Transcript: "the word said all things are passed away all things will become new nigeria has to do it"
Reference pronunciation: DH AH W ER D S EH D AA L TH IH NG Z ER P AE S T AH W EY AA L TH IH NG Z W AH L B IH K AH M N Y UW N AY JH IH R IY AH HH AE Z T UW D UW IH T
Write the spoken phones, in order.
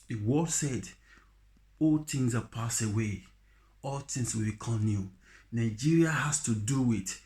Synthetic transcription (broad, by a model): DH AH W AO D S EH D AA L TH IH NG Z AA P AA S AH W EY AA L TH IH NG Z W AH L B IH K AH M N Y UW N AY JH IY R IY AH HH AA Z T UW D UW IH T